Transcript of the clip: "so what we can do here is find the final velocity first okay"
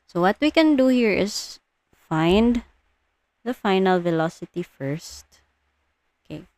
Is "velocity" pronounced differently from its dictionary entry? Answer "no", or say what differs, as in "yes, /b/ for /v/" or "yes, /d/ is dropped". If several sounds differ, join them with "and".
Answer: no